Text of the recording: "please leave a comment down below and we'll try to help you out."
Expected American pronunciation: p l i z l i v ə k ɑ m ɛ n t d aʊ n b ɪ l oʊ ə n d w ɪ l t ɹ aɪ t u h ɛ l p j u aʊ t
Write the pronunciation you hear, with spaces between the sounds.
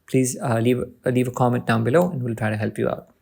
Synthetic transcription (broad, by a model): p l i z l i v ə k ɑ m ɛ n t d aʊ n b ɪ l oʊ ə n d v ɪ l t ɹ aɪ t u h ɛ l p j u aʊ t